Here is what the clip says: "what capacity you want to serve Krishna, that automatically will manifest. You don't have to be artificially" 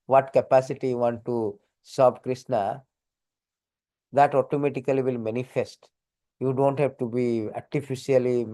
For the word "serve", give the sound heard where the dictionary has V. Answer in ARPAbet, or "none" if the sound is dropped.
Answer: B